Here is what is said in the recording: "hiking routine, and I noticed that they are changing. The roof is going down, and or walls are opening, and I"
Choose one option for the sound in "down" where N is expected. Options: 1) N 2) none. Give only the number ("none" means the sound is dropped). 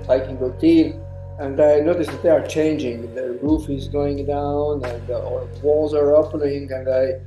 1